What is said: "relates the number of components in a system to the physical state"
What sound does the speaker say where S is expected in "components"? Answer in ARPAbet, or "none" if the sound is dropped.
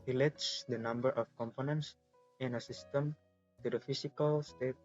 S